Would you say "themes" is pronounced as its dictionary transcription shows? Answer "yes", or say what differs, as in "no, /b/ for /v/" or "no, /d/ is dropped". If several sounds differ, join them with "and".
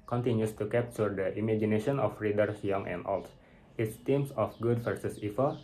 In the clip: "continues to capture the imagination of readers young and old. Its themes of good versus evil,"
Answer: no, /t/ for /θ/ and /s/ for /z/